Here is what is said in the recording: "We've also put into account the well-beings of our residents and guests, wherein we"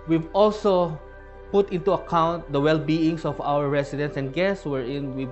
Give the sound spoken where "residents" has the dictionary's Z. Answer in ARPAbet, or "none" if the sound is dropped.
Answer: S